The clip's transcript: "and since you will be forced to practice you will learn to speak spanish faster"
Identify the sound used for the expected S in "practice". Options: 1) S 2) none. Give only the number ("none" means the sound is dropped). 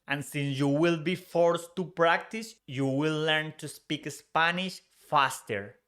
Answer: 1